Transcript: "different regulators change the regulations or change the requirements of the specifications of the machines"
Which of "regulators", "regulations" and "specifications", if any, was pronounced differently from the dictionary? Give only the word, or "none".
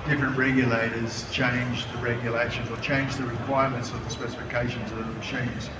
none